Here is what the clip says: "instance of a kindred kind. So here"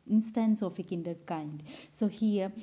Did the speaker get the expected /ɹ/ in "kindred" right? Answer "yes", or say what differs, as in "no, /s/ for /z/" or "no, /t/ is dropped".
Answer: no, /ɹ/ is dropped